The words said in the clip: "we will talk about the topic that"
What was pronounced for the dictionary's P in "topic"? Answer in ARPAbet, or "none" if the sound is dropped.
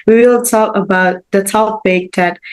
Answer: B